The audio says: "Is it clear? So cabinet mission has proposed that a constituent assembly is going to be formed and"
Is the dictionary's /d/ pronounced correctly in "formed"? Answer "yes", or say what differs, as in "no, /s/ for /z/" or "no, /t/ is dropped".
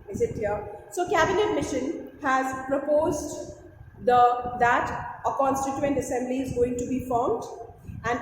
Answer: yes